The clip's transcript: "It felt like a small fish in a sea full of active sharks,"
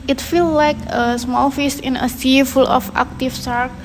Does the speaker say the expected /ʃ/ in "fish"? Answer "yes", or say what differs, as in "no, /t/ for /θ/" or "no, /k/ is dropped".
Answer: no, /s/ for /ʃ/